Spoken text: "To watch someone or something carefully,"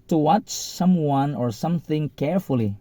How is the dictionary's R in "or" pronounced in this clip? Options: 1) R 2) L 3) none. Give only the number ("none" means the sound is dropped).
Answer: 1